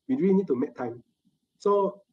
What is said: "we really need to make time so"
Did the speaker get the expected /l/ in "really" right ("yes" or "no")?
no